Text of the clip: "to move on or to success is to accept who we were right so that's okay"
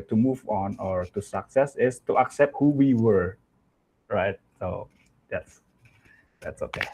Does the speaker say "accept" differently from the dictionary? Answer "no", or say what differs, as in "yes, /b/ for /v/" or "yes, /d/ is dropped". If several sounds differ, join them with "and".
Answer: no